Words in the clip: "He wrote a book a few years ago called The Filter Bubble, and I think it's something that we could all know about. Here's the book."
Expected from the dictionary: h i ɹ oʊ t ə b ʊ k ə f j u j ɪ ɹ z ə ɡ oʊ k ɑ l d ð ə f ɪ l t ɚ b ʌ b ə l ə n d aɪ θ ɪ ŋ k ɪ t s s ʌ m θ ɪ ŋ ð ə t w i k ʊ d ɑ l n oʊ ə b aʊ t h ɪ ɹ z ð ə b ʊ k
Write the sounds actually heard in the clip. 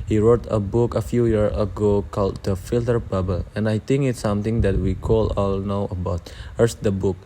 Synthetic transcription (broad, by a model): h i ɹ oʊ t ə b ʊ k ə f j u j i ɹ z ə ɡ oʊ k ɑ l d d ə f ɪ l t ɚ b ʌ b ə l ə n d aɪ t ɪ ŋ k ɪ t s s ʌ m t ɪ ŋ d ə t w i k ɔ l ɑ l n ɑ ə b aʊ t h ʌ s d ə b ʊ k